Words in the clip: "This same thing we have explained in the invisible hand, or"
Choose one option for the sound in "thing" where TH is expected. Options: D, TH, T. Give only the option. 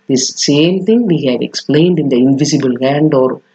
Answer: T